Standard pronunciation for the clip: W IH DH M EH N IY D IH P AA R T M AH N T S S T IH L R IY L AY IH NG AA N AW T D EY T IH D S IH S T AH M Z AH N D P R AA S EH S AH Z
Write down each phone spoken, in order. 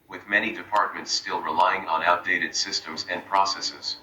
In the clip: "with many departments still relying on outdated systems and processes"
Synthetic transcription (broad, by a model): W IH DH M EH N IY D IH P AA R T M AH N T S S T IH L R IY L AY IH NG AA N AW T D EY T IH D S IH S T AH M Z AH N P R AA S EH S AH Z